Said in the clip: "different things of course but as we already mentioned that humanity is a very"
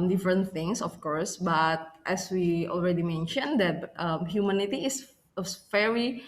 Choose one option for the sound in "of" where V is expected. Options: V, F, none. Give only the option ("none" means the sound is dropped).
F